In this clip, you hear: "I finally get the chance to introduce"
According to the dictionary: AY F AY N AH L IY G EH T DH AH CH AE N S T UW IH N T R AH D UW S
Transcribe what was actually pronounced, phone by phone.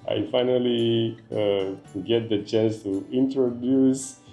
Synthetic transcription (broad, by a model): AY F AY N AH L IY G EH T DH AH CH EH S T UW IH N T R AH D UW S